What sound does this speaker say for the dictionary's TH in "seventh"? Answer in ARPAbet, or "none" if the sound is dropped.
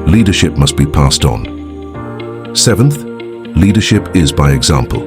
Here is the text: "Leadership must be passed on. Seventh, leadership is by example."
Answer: TH